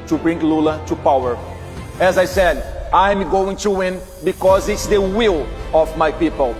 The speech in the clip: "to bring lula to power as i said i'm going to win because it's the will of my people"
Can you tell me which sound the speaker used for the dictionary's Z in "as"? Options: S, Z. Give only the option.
Z